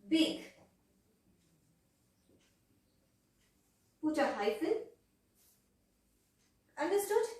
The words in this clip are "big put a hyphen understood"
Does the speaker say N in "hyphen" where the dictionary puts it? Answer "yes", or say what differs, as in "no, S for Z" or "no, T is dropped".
no, L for N